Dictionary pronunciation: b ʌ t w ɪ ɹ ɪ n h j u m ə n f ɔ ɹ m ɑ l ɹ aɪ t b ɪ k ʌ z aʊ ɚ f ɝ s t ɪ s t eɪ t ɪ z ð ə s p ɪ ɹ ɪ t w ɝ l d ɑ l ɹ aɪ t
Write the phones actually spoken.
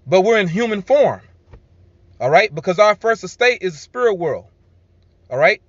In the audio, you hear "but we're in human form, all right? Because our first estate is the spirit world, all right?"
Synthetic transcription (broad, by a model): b ʌ t w ɪ ɹ ɪ n h j u m ə n f ɔ ɹ m ɑ l ɹ aɪ t b ɪ k ʌ z aʊ ɚ f ɝ s t ɪ s t eɪ t ɪ z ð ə s p ɪ ɹ ɪ t w ɝ l d ɑ l ɹ aɪ t